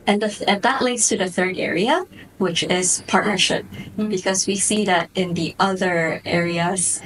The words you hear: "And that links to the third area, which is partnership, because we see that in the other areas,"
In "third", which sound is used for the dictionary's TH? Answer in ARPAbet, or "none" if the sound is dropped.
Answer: TH